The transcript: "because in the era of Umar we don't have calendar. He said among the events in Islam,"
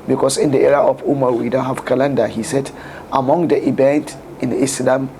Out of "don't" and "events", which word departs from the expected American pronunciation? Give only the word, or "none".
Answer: events